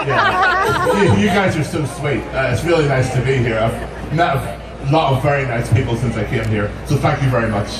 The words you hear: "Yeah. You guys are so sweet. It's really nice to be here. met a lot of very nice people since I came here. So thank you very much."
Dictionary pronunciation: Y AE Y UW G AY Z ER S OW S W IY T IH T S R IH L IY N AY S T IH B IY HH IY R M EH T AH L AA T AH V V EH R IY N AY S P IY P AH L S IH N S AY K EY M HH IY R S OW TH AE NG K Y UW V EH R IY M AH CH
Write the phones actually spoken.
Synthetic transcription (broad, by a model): Y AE Y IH G AY Z ER S OW S W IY T IH T S R IH L IY N AY S T IH B IY HH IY R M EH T AH L AA T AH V V EH R IY N AY S P IY P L S IH N S AY K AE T HH IY R S OW TH AE NG K Y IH V EH R IY M AH CH